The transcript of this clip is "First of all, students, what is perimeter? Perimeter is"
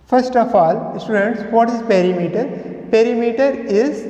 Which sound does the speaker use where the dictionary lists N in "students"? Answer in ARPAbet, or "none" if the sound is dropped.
N